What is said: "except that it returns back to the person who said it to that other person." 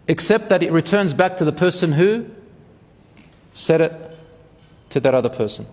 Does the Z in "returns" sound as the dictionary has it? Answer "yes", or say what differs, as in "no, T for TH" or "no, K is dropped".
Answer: yes